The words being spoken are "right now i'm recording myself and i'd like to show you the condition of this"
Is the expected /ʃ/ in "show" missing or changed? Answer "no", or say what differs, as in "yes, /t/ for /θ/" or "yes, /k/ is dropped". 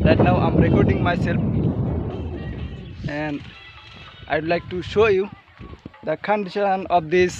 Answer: no